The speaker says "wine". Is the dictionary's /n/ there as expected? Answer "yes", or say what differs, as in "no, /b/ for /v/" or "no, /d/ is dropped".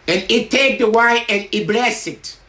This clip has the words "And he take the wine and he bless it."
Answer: no, /n/ is dropped